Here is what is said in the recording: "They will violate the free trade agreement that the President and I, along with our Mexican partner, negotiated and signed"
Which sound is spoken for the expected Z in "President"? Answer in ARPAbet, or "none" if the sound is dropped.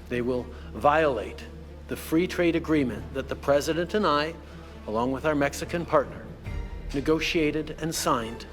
Z